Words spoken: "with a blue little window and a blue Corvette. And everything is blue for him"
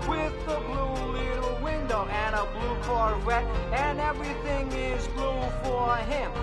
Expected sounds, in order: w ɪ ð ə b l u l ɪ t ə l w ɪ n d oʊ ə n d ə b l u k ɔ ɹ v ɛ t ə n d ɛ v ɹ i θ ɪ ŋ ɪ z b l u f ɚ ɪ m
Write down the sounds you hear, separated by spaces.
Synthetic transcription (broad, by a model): w ɪ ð ə b l u l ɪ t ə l w ɪ n d oʊ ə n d ə b l u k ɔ ɹ w ɛ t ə n ɛ v ɹ i θ ɪ ŋ ɪ z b l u f ɚ ɪ m